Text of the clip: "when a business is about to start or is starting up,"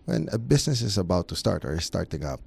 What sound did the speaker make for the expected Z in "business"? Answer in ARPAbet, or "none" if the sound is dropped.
S